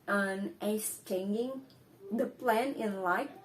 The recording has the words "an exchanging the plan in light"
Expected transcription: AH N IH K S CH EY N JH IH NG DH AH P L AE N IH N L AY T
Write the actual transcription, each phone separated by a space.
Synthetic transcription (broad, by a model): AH N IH S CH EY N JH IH NG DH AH P L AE N IH N L AY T